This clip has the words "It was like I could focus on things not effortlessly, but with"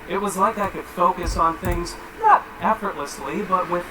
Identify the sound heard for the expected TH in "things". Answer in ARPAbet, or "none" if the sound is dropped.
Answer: TH